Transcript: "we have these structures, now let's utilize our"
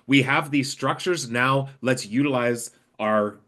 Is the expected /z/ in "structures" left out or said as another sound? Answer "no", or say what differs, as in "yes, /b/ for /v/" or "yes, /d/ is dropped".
no